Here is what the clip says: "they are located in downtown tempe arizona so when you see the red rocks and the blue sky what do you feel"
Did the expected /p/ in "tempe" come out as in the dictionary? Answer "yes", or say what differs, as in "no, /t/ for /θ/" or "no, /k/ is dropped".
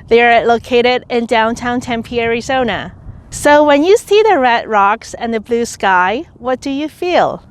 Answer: yes